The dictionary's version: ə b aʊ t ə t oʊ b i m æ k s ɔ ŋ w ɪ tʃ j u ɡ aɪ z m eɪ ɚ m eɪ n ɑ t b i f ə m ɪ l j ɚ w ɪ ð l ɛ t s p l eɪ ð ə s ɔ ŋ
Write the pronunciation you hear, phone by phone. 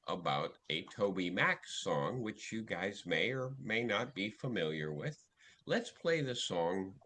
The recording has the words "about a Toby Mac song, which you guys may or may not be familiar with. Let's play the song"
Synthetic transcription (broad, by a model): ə b aʊ t ə t oʊ b i m æ k s ɔ ŋ w ɪ tʃ j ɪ ɡ aɪ z m eɪ ɚ m eɪ n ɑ t b i f ə m ɪ l j ɚ w ɪ ð l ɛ t s p l eɪ ð ə s ɔ ŋ